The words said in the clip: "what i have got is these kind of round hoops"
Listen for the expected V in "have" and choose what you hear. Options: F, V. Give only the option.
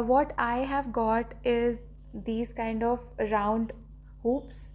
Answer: V